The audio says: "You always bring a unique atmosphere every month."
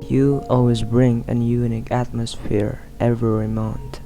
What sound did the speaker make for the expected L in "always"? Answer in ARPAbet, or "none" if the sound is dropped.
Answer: L